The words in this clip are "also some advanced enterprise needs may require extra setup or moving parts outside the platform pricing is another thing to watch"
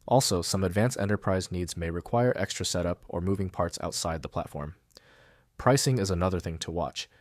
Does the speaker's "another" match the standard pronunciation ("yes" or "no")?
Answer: yes